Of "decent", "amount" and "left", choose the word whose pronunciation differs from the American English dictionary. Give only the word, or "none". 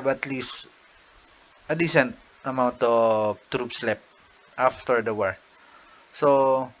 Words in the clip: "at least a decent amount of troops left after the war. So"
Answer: left